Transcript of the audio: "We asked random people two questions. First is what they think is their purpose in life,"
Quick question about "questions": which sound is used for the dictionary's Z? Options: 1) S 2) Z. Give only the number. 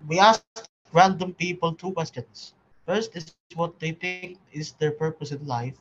1